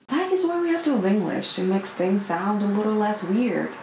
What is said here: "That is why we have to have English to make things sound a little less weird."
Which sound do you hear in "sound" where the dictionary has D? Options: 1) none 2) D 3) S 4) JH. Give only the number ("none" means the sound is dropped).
2